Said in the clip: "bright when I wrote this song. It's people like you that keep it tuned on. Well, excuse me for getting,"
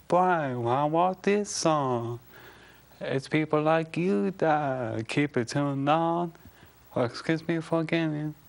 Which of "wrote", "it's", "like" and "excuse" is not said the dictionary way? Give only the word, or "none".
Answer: wrote